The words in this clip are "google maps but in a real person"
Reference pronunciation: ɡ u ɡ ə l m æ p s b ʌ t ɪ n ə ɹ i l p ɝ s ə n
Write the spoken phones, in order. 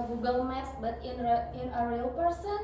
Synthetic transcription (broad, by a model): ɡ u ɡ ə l m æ s b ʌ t ɪ n ə ɹ i l p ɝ s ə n